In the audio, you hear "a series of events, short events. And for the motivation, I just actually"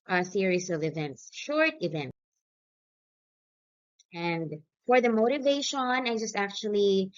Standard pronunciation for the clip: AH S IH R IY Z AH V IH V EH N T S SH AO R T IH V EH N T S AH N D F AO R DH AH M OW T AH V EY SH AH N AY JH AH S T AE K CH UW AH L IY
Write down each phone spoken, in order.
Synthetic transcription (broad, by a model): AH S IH R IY S AH V IH V EH N T S SH AO R T IH V EH N T S AH N D F AO R DH AH M OW T AH V EY SH AH N AY JH AH S T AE K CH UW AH L IY